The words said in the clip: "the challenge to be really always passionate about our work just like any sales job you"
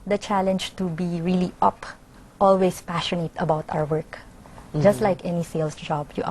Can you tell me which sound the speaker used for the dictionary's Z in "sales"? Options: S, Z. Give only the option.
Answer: S